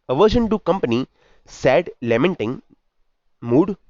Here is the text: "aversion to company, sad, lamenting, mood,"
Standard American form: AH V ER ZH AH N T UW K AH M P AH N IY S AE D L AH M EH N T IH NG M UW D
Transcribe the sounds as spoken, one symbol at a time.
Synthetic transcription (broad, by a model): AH V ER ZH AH N T UW K AH M P AH N IY S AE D L AH M EH N T IH NG M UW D